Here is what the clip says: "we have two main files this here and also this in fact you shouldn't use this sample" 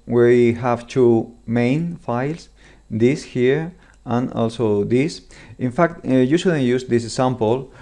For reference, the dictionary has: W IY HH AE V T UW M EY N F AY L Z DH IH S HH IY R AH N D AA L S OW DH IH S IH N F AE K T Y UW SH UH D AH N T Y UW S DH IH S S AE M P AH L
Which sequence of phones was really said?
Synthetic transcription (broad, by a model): W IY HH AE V T UW M EY N F AY L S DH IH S HH IY R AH N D AA L S OW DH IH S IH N F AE K T Y UW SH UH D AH N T Y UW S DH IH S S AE M P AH L